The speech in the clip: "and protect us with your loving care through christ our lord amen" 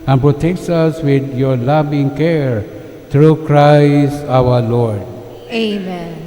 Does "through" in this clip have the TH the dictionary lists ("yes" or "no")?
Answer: no